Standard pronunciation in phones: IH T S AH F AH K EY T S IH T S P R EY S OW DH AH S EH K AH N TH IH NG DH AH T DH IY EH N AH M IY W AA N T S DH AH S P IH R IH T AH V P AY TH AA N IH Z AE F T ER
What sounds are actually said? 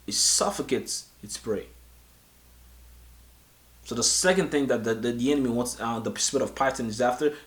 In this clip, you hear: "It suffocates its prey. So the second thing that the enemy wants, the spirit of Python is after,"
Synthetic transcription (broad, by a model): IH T S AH F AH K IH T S IH T S P R EY S OW DH AH S EH K AH N TH IH NG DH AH T DH IY EH N AH M IY W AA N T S DH AH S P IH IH T AH V P AY T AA N IH Z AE F T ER